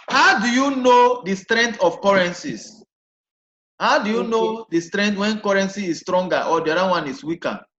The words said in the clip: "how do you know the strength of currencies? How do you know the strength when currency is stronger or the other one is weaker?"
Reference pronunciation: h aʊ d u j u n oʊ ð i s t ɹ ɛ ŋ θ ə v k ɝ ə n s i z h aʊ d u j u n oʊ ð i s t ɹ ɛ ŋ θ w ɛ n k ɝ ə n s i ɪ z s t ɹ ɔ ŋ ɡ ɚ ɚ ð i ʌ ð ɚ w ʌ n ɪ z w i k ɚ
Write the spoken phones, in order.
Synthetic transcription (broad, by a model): h aʊ d u j u n oʊ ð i s t ɹ ɛ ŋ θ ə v k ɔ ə n s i s h aʊ d u j u n oʊ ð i s t ɹ ɛ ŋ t w ɛ n k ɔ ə n s i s s t ɹ ɔ ŋ ɡ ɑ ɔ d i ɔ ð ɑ w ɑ n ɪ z w i k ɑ